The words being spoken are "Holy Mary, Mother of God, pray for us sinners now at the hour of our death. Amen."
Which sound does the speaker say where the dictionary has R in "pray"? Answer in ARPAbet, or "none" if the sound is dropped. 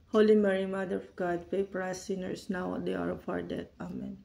none